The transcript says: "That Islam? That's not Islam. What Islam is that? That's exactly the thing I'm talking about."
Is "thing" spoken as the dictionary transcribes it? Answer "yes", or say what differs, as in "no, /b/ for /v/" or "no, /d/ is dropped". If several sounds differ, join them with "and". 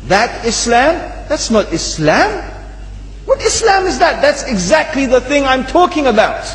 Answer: yes